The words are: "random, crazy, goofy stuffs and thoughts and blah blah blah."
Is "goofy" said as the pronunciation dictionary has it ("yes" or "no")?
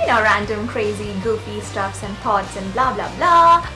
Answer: no